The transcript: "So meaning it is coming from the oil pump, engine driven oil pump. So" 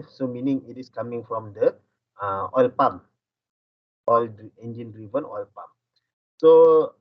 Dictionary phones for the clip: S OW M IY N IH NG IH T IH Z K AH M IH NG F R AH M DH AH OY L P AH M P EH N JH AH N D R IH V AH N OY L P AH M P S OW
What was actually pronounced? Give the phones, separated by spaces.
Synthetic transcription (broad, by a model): S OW M IY N IH NG IH T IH S K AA M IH NG F R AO M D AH OY L P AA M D EH N JH AH N D R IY V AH N OY L P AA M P S OW